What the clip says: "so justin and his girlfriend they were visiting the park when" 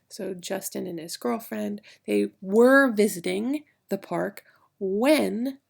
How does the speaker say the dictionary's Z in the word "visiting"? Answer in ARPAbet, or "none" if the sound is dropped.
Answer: Z